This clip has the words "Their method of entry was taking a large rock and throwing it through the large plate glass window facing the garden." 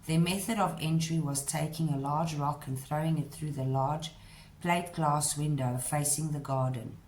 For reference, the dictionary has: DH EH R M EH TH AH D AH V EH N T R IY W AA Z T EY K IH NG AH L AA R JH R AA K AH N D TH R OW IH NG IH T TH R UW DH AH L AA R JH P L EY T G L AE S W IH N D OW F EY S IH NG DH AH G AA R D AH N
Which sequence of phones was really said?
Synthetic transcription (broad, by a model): DH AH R M EH TH AH D AH V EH N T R IY W AA Z T EY K IH NG AH L AA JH R AA K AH N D TH R OW IH NG IH T TH R UW DH AH L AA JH P L EY T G L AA S W IH N D OW F EY S IH NG DH AH G AA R D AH N